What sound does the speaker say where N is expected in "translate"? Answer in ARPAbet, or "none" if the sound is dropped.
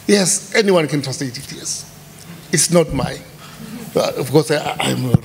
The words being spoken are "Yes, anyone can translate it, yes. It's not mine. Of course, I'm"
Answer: none